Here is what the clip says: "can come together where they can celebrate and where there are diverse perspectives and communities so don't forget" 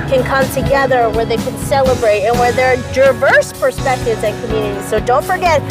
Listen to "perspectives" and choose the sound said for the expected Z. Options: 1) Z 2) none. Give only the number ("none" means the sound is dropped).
1